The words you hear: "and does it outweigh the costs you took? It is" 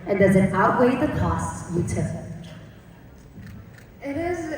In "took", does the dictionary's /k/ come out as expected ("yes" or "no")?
no